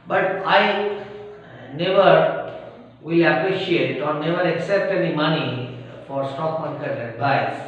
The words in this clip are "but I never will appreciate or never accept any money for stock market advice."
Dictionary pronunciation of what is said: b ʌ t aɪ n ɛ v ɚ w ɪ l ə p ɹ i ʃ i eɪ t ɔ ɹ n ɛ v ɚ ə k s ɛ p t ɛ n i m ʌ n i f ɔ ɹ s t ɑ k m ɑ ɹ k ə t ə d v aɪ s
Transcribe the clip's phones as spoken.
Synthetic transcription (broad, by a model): b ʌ t aɪ n ɛ v ɚ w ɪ l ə p ɹ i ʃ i eɪ t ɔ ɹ n ɛ v ɚ ə k s ɛ p t ɛ n i m ʌ n i f ɔ ɹ s t ɑ k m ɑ ɹ k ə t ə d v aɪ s